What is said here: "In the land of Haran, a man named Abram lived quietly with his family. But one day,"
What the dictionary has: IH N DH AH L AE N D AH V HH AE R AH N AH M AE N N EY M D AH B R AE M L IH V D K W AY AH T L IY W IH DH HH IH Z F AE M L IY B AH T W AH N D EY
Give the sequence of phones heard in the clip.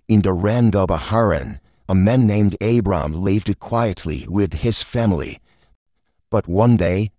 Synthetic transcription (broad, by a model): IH N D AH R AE N D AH B HH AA R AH N AH M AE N N EY M D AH B R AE M L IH V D K W AY AH T L IY W IH DH IH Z F AE M L IY B AH T W AH N D EY